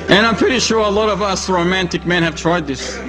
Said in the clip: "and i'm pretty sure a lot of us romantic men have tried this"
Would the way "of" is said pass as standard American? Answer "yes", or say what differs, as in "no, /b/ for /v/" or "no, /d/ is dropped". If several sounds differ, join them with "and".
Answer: yes